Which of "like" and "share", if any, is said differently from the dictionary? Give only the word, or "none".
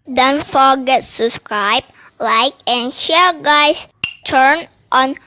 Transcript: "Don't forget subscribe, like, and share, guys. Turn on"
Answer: none